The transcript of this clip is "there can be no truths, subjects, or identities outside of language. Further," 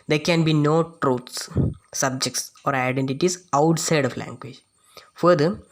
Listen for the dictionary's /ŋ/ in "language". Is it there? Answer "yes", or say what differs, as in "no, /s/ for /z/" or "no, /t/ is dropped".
yes